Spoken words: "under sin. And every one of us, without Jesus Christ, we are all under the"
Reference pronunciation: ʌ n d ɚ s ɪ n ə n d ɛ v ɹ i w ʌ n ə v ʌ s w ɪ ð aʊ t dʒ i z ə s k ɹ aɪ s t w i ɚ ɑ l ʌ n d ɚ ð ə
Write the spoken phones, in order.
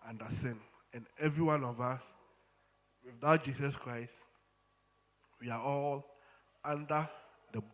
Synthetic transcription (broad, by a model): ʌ n d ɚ s ɪ n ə n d ɛ v ɹ i w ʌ n ə v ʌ s w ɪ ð aʊ t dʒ i s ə s k ɹ aɪ s t w i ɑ ɑ l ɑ n d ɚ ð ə